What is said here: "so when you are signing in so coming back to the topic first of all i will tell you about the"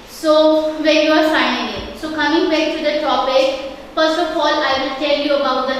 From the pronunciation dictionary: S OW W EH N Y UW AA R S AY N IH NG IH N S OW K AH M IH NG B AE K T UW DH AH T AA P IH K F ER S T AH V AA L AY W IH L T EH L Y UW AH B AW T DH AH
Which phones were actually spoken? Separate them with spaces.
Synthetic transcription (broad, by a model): S OW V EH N Y UW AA R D AY IH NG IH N S OW K AH M IH NG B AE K T UW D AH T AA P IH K F ER S T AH F AA L AY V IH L T EH L Y UW AH B AW T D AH